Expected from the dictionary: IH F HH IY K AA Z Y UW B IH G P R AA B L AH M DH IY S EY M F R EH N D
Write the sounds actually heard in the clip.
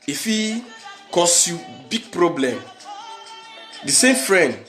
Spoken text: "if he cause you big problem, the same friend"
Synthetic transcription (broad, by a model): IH F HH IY K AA S Y UW B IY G P R AA B L AH M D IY S EY M F R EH N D